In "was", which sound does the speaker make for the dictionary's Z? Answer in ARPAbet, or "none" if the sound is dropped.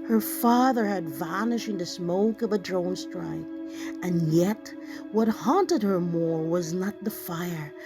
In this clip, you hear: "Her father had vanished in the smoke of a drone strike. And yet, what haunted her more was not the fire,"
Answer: Z